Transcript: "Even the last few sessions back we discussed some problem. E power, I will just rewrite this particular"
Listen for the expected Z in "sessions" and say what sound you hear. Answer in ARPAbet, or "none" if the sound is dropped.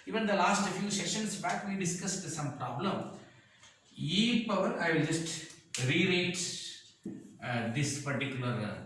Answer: S